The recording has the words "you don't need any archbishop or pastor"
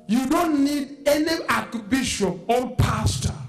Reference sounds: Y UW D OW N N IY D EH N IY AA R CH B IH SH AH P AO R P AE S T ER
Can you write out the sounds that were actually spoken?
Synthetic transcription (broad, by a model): Y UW D OW N N IY D EH N IY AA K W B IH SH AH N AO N P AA S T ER